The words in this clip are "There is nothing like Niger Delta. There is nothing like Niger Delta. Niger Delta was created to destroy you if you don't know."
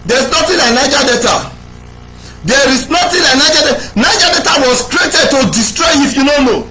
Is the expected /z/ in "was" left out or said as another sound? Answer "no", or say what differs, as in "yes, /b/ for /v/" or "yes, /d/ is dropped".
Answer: yes, /s/ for /z/